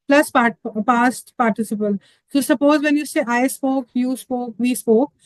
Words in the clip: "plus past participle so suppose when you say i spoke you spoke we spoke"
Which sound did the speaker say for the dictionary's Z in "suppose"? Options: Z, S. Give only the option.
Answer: Z